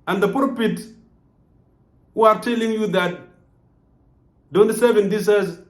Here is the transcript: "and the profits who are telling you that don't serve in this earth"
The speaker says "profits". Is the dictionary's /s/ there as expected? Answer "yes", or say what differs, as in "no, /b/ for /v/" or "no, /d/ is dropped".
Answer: no, /s/ is dropped